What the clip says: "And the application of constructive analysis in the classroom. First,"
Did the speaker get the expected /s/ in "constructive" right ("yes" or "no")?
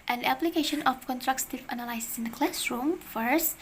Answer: no